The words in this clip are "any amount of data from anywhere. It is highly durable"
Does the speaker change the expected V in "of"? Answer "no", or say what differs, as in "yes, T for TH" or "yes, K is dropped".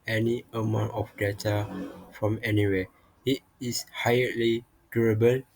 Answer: yes, F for V